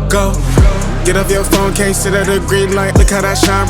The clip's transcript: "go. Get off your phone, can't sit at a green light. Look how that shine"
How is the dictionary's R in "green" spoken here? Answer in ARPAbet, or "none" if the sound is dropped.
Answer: R